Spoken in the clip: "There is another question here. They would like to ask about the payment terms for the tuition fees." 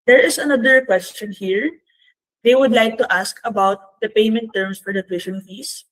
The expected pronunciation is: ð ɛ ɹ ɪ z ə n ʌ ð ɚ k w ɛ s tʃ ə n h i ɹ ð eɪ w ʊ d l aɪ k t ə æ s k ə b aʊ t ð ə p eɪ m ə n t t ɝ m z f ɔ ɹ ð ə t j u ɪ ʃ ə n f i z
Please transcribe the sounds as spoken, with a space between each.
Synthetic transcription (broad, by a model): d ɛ ɹ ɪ s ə n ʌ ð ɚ k w ɛ s tʃ ə n h i ɹ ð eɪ w ʊ d l aɪ k t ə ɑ s k ə b aʊ t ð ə p eɪ m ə n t t ɝ m s f ɔ ɹ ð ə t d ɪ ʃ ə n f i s